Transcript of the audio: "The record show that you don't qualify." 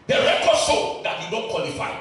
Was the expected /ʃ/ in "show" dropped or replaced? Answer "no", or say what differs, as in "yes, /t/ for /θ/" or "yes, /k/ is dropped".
yes, /s/ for /ʃ/